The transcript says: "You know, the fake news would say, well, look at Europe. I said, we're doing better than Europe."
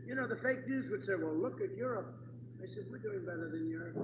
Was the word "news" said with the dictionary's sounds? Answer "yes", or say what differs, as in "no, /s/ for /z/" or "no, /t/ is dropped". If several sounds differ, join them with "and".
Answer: yes